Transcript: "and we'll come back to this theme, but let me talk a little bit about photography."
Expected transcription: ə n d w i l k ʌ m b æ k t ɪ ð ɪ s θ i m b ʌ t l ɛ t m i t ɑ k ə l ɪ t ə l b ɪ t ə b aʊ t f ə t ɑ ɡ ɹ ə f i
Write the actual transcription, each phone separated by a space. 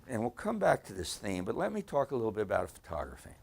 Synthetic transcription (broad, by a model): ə n w i l k ʌ m b æ k t ɪ ð ɪ s θ i m b ʌ t l ɛ t m i t ɑ k ə l ɪ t l b ɪ t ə b aʊ t f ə t ɑ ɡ ɹ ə f i